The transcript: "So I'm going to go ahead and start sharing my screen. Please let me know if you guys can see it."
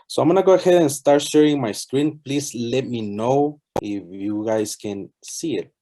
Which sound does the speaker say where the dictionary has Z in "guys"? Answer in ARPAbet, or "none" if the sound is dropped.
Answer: S